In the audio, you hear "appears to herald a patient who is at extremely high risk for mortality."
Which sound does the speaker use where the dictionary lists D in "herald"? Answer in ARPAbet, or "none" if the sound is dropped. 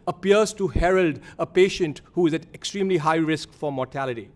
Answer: D